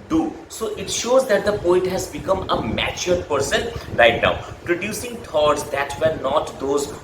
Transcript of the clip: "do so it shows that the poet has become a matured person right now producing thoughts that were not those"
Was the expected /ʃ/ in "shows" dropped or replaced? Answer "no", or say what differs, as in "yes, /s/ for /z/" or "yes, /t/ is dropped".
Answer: no